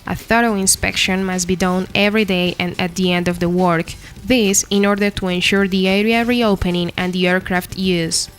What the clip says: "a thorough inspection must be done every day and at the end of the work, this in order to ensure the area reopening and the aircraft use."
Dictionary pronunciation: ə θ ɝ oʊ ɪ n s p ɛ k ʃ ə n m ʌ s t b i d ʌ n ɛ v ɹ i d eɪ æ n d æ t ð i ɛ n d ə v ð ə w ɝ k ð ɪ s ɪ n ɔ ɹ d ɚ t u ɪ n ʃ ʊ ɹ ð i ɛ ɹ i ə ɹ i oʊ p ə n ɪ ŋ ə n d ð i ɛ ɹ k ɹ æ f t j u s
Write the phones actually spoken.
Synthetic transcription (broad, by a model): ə θ ɝ oʊ ɪ n s p ɛ k ʃ ə n m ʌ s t b i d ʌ n ɛ v ɹ i d eɪ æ n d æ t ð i ɛ n d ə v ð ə w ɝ k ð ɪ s ɪ n ɔ ɹ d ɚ t u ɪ n ʃ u ɹ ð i ɛ ɹ i ə ɹ i oʊ p ə n ɪ ŋ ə n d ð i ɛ ɹ k ɹ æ f t j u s